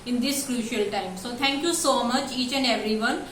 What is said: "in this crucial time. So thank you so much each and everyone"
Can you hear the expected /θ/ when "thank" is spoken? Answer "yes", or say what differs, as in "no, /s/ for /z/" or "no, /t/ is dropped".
no, /t/ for /θ/